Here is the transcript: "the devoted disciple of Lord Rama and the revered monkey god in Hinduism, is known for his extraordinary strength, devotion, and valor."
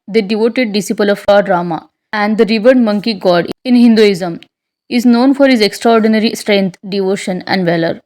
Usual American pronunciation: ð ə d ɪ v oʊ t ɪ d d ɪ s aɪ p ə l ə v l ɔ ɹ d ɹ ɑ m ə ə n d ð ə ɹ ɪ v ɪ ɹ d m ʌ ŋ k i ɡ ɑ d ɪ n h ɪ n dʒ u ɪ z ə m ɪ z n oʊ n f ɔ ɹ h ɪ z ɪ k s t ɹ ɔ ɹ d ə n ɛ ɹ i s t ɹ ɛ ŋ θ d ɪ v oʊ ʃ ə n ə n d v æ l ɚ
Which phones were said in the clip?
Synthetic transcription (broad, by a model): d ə d ɪ v oʊ t ɪ d d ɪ s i p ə l ə v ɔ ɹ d ɹ ɑ m ə ə n d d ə ɹ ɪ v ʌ ɹ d m ʌ ŋ k i ɡ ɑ d ɪ n h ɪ n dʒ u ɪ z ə m ɪ z n oʊ n f ɔ ɹ h ɪ z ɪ k s t ɹ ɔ ɹ d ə n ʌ ɹ i s t ɹ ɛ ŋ t d ɪ v oʊ ʃ ə n ə n d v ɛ l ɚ